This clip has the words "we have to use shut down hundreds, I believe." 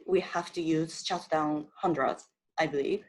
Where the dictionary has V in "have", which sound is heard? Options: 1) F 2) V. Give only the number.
1